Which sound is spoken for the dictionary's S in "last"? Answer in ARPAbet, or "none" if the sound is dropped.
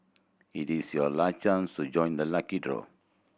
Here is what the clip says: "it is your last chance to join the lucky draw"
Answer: none